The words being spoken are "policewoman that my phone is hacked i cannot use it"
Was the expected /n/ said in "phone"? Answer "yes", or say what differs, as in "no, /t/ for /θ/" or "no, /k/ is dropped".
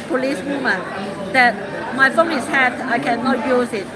no, /l/ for /n/